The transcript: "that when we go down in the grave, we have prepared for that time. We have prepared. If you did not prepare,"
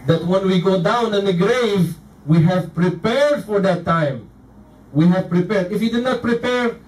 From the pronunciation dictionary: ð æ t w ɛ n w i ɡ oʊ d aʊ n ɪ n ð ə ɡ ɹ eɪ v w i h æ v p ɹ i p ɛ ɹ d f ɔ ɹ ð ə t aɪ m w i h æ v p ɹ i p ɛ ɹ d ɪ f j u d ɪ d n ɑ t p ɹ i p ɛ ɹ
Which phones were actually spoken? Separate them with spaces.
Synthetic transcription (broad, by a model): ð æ t w ɛ n w i ɡ oʊ d aʊ n ɪ n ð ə ɡ ɹ eɪ v w i h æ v p ɹ i p ɛ ɹ d f ɔ ɹ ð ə t aɪ m w i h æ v p ɹ i p ɛ ɹ d ɪ f j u d ɪ d n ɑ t p ɹ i p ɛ ɹ